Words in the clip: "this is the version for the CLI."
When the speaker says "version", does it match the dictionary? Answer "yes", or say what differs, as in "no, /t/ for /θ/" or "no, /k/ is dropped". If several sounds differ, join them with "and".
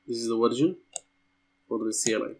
no, /w/ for /v/